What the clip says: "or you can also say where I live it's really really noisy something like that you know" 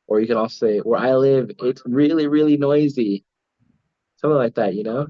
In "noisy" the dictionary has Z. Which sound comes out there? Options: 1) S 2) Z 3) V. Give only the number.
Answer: 2